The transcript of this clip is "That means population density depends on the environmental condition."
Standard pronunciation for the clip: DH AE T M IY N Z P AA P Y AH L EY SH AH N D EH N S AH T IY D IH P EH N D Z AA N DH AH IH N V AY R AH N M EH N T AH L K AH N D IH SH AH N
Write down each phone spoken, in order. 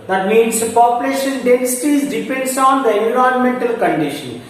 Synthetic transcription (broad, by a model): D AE T M IY N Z P AA P Y AH L EY SH AH N D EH N S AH T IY D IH P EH N D S AA N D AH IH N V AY AH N M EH N T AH L K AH N D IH SH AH N